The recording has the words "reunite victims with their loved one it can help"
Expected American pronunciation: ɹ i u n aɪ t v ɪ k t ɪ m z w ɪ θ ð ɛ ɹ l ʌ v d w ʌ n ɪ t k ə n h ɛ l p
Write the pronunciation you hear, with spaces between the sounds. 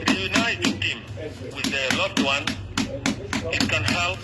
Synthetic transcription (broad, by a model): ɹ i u n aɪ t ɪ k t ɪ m w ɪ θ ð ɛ l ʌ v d w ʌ n ɪ t k ə n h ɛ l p